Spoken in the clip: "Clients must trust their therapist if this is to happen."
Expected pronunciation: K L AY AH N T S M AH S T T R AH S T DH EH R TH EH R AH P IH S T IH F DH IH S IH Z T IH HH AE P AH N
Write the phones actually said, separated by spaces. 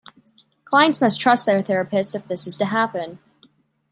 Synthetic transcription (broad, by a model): K L AY AH N T S M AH S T T R AH S T DH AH R TH EH R AH P IH S T IH F DH IH S IH Z T IH HH AE P AH N